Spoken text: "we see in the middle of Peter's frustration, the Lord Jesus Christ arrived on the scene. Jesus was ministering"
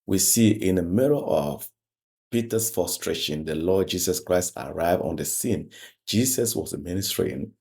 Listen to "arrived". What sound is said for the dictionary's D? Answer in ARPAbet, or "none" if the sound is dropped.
none